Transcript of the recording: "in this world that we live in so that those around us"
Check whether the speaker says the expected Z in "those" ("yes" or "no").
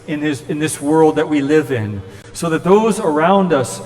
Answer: yes